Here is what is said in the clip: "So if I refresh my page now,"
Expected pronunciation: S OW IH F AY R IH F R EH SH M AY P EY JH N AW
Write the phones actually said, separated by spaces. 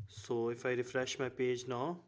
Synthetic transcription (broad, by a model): S OW IH F AY R IH F R EH SH M AY P EY JH N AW